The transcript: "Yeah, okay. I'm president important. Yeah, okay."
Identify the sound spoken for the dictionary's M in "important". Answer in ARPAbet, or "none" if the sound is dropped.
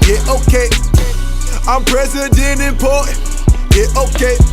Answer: none